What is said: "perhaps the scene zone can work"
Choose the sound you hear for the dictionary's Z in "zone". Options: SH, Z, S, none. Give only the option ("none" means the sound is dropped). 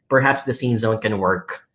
Z